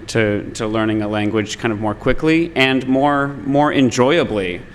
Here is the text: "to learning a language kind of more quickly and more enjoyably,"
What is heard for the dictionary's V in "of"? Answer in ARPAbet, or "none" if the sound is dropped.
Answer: V